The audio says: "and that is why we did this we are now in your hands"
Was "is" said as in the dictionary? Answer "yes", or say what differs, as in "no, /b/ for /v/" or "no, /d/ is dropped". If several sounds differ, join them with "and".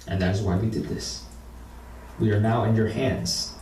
yes